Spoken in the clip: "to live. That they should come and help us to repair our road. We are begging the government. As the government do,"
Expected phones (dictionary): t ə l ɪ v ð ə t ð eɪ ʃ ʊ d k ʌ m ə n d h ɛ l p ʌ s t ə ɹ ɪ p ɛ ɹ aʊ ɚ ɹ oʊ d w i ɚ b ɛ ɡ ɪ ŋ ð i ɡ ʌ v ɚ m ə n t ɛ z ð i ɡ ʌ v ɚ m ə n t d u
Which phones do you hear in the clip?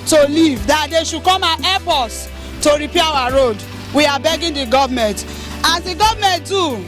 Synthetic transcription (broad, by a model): t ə l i v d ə t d eɪ ʃ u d k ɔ m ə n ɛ p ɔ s t ə ɹ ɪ p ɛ aʊ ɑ ɹ oʊ d w i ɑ b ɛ ɡ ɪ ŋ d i ɡ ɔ v m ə n t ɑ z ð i ɡ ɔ v m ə n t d u